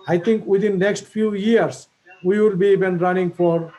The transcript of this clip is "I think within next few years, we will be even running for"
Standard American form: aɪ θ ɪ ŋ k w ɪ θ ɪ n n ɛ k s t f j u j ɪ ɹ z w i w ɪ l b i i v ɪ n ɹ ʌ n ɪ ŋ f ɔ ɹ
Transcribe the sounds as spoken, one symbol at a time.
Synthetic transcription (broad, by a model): aɪ t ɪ ŋ k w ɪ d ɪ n n ɛ k s t f j u j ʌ ɹ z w i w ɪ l b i i b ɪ n ɹ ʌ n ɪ ŋ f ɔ ɹ